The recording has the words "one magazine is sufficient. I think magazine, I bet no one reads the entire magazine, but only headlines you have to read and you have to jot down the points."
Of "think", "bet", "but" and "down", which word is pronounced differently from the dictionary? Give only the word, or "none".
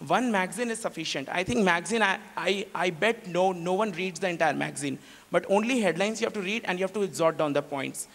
think